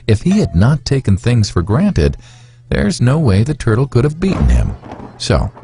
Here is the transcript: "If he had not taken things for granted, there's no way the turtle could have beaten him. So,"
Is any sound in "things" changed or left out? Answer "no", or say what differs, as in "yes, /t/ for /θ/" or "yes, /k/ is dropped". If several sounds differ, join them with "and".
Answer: no